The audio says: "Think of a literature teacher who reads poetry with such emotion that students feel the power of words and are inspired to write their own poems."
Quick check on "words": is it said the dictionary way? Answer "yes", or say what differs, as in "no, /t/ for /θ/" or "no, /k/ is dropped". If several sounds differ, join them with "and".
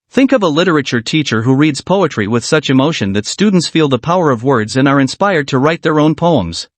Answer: yes